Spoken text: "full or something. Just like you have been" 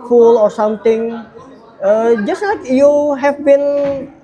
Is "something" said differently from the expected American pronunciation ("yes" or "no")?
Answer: yes